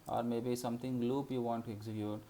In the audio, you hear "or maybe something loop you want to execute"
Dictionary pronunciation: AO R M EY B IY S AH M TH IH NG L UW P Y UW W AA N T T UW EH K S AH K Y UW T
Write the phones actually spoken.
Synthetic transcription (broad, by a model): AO R M EY B IY S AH M T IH NG L UW P Y UW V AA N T T UW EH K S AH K Y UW T